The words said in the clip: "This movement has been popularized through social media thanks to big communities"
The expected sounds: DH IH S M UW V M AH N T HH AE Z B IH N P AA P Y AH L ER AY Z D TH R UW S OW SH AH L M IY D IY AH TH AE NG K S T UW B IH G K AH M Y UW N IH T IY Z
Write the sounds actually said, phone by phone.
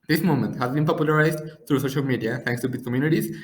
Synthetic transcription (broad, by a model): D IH S M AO M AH N T HH AE Z B IH N P AA P Y AH L ER AY Z D T R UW S OW SH AH L M IY D IY AH T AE NG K S T UW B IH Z K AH M Y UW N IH T IY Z